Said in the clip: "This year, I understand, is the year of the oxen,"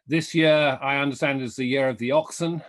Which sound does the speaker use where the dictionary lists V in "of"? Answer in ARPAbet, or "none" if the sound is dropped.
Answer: V